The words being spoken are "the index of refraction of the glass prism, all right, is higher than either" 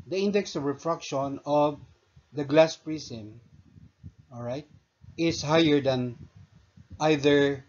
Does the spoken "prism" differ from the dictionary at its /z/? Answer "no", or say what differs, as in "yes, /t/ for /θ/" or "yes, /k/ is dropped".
yes, /s/ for /z/